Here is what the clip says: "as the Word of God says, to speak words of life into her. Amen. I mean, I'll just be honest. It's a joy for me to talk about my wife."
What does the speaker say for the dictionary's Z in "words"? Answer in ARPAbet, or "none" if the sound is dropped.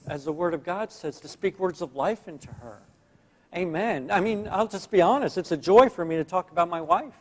Z